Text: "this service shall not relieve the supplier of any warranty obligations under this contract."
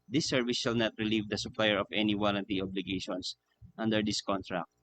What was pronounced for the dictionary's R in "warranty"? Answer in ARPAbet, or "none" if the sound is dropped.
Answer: L